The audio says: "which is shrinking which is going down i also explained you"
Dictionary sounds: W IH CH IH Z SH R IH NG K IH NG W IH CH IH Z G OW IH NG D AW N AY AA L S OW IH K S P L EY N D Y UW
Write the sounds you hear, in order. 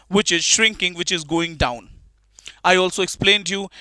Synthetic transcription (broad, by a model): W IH CH IH Z SH R IH NG K IH NG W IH CH IH Z G OW IH NG D AW N AY AA L S OW IH K S P L EY N D Y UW